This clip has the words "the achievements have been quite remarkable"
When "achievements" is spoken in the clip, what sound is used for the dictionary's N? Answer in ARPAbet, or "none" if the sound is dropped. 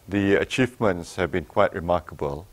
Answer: N